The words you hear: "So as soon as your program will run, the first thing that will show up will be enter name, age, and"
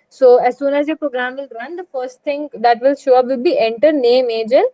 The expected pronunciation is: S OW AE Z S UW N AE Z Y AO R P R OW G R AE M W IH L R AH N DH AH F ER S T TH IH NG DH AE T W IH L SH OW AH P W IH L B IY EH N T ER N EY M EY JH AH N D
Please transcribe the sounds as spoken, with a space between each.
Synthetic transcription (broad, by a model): S OW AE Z S UW N AE Z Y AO P R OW G R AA M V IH L R AH N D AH F ER S T T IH NG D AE T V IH L SH OW AH P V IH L B IY EH N T ER N EY M EY JH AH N